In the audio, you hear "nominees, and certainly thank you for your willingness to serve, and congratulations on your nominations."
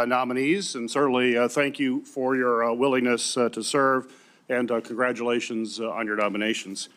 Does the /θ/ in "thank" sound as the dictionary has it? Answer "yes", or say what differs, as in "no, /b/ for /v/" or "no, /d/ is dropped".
yes